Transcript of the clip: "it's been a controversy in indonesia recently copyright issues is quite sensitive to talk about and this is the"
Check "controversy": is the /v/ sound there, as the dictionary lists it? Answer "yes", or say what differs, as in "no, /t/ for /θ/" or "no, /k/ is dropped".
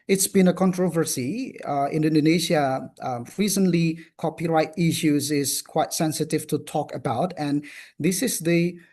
yes